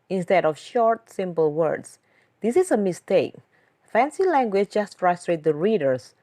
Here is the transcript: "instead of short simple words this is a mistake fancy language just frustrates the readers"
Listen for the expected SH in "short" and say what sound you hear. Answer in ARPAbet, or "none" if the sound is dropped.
SH